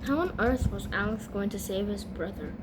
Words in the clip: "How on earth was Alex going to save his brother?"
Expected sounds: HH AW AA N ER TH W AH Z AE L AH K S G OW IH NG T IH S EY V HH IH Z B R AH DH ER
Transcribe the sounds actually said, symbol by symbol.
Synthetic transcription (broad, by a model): HH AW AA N ER TH W AH Z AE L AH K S G OW IH NG T IH S EY V HH IH Z B R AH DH ER